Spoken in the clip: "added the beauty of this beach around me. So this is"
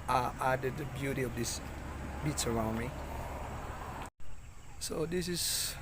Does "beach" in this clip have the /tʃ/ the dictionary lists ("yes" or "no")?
no